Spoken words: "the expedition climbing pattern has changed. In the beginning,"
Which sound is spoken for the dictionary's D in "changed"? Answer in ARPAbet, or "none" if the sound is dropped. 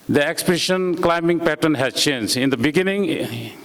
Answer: none